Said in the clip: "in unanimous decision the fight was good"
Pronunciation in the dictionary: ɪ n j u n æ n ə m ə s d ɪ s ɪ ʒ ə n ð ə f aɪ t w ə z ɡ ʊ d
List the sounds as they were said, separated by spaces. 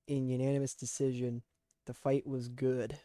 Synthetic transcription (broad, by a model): ɪ n j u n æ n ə m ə s d ɪ s ɪ ʒ ə n ð ə f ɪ t w ə z ɡ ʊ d